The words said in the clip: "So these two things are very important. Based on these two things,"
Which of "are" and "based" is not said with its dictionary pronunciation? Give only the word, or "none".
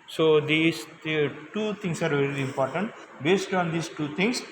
none